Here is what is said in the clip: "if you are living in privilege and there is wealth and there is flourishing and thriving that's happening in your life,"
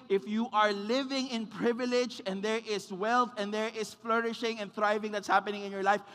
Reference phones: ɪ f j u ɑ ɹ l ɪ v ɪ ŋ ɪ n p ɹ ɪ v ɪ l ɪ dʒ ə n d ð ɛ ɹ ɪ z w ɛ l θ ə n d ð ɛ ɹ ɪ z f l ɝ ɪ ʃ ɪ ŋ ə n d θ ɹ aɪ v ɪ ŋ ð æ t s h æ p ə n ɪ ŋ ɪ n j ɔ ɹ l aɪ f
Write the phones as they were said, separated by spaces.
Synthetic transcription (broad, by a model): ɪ f j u ɑ ɹ l ɪ v ɪ ŋ ɪ n p ɹ ɪ v ɪ l ɪ dʒ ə n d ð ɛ ɹ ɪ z w ɛ l θ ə n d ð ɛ ɹ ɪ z f l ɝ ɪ ʃ ɪ ŋ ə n θ ɹ aɪ v ɪ ŋ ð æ t s h æ p ə n ɪ ŋ ɪ n j ɔ ɹ l aɪ f